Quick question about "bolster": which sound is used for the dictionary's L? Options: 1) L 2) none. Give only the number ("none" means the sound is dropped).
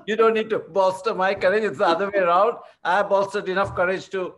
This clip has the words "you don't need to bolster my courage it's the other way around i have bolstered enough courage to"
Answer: 2